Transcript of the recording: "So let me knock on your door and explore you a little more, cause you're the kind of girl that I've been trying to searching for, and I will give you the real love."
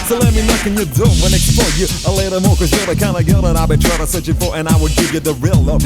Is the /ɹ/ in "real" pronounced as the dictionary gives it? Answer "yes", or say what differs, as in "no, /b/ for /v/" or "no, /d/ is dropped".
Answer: yes